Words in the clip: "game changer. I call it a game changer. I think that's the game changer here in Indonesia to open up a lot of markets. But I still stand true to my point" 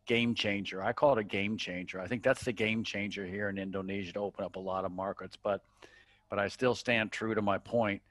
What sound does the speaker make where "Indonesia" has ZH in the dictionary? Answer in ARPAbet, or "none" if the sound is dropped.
ZH